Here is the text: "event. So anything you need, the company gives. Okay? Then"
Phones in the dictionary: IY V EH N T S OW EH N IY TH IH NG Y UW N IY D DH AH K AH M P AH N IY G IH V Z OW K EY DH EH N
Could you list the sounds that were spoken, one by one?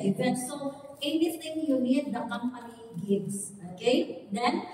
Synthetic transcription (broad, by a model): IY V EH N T S OW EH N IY T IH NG Y UW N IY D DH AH K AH M P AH N IY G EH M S OW K EY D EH N